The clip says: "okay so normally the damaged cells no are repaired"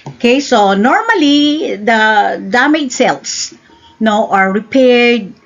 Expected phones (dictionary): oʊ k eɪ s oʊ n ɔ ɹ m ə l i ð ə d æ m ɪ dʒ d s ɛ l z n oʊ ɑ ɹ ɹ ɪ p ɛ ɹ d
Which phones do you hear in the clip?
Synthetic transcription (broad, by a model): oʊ k eɪ s oʊ n ɔ ɹ m ə l i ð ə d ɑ m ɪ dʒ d s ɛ l s n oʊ ɑ ɹ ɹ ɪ p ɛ ɹ d